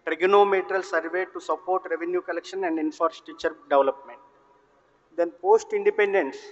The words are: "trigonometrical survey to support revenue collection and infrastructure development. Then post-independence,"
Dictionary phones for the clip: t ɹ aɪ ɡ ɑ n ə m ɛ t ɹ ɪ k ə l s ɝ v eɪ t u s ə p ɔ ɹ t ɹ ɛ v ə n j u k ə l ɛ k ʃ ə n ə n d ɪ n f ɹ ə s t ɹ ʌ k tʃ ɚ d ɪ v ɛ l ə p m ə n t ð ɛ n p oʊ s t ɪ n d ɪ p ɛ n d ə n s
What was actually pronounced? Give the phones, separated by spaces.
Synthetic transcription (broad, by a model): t ɹ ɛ ɡ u n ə m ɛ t ɹ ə l s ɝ v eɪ t u s ə p ɔ ɹ t ɹ ɛ v ə n j u k ə l ɛ k ʃ ə n ə n d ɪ n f ɹ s t i tʃ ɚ d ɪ v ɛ l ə p m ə n t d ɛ n p oʊ s t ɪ n d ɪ p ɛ n d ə n s